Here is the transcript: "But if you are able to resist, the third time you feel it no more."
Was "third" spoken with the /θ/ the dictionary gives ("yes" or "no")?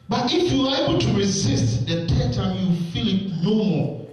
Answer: no